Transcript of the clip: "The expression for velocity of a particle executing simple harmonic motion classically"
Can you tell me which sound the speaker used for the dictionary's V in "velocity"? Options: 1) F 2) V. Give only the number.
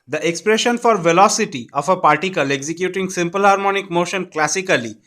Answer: 2